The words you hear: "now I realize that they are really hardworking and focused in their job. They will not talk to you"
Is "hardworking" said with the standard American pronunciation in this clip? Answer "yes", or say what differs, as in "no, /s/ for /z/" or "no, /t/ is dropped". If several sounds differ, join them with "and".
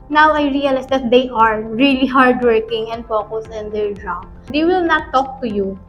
yes